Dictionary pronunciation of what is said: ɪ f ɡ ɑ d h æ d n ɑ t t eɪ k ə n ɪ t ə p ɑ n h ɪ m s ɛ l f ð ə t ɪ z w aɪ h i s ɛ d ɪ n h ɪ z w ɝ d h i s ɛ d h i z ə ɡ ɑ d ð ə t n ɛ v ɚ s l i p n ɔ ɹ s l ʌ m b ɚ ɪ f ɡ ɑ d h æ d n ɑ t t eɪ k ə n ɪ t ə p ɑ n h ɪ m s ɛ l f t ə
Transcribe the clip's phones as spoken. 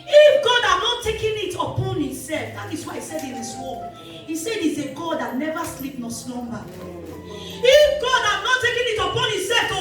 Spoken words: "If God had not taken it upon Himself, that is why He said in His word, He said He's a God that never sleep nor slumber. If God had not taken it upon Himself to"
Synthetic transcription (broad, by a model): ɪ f ɡ ɑ d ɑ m n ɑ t t eɪ k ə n ɪ t ə p ɑ n h ɪ m s ɛ l f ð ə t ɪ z w aɪ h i s ɛ d ɪ n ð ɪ s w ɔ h i s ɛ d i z ə ɡ ɑ d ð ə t n ɛ v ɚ s l i p n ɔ s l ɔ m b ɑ ɪ f ɡ ɑ d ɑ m n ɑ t t eɪ k ə n ɪ t ə p ɑ n h ɪ m s ɛ l f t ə